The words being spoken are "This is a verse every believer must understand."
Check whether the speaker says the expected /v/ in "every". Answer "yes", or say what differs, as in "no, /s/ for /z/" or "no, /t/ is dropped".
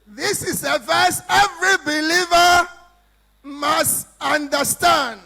yes